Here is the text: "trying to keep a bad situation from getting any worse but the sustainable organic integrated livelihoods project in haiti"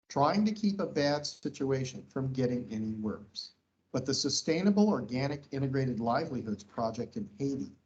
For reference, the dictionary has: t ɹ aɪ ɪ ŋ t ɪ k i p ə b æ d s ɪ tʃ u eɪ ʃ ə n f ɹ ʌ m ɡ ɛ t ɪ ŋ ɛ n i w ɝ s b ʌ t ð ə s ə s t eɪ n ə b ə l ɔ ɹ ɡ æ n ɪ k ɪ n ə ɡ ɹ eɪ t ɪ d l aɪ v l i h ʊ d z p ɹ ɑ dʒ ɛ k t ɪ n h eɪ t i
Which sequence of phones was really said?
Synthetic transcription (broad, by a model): t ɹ aɪ ɪ ŋ t ɪ k i p ə b æ d s ɪ tʃ u eɪ ʃ ə n f ɹ ʌ m ɡ ɛ t ɪ ŋ ɛ n i w ɝ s b ʌ t ð ə s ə s t eɪ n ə b l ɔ ɹ ɡ æ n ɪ k ɪ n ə ɡ ɹ eɪ t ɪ d l aɪ v l i h ʊ d z p ɹ ɑ dʒ ɛ k t ɪ n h eɪ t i